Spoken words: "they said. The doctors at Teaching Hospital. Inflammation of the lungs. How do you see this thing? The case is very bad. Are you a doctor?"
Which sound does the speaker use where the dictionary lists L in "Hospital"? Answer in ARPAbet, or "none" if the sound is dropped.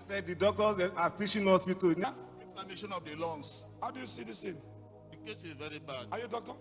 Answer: N